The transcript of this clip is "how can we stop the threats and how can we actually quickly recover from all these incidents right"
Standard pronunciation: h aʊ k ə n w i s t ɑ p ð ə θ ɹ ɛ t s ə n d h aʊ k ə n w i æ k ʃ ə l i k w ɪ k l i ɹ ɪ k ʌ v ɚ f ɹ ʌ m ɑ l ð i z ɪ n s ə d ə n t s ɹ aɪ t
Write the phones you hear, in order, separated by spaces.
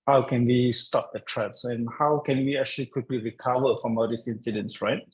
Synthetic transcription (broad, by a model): h aʊ k ə n w i s t ɑ p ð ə t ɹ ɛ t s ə n h aʊ k ə n w i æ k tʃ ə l i k w ɪ k l i ɹ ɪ k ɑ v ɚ f ɹ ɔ m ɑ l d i s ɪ n s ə d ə n s ɹ aɪ t